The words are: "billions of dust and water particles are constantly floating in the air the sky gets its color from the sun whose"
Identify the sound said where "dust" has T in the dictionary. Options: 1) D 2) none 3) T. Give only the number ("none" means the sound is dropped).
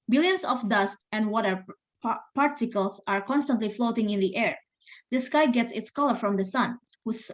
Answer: 3